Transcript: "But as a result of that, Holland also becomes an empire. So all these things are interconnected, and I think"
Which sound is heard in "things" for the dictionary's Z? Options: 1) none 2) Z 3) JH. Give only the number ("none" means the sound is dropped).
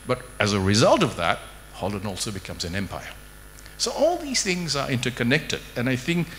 2